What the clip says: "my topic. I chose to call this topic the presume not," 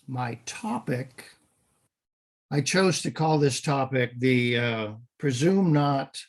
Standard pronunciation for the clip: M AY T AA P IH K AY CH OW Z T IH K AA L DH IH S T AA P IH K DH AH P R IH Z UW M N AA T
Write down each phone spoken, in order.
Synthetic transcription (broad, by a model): M AY T AA P IH K AY CH OW Z T IH K AA L DH IH S T AA P IH K DH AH P R IH Z UW M N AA T